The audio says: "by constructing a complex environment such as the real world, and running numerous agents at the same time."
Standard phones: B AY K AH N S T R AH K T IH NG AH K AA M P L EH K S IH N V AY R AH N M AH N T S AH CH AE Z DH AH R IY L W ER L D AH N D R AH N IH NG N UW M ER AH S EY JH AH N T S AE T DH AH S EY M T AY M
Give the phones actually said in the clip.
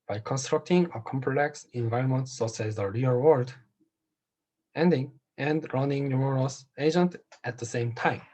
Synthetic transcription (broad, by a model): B AY K AH N S T R AH K T IH NG AH K AA M P L EH K S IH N V AY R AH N M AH N T S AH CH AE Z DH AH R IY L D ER N D AH N D R AH N IH NG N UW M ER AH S EY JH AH N T AE T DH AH S EY M T AY M